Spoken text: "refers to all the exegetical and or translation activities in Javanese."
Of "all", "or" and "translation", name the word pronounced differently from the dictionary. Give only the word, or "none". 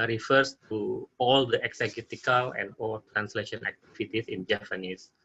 or